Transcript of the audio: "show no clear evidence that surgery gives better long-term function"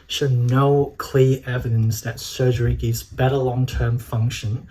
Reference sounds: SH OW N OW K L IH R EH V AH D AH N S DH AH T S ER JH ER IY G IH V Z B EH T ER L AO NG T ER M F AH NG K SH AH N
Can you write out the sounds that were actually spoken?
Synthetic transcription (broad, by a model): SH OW N OW K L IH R EH V AH D AH N S DH AH T S ER JH ER IY G IH V Z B EH T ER L AO NG T ER M F AH NG K SH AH N